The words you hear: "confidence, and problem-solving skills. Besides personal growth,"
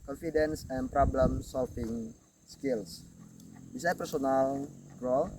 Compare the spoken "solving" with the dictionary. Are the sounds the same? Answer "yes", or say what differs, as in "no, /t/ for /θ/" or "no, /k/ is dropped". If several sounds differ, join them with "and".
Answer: no, /f/ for /v/